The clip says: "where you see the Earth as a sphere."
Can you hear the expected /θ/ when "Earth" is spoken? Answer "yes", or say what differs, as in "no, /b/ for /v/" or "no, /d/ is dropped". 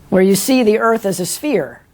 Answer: yes